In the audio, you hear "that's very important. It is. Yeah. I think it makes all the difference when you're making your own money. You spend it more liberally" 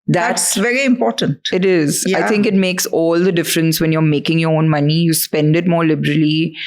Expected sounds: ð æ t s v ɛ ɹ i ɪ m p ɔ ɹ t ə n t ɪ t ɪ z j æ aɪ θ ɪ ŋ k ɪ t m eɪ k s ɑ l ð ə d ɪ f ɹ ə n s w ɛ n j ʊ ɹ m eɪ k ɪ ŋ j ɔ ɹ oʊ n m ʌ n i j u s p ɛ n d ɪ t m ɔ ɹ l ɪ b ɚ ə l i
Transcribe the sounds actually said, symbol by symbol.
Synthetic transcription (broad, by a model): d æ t s v ɛ ɹ i ɪ m p ɔ ɹ t ə n t ɪ t ɪ z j aɪ t ɪ ŋ k ɪ t m eɪ k s ɑ l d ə d ɪ f ɹ ə n s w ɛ n j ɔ ɹ m eɪ k ɪ ŋ j ɔ ɹ oʊ n m ʌ n i j u s p ɛ n d ɪ t m ɔ ɹ l ɪ b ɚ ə l i